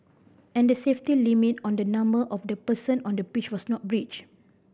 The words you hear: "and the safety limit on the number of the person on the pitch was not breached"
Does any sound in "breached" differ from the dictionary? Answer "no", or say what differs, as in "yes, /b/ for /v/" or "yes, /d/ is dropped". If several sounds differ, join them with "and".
yes, /t/ is dropped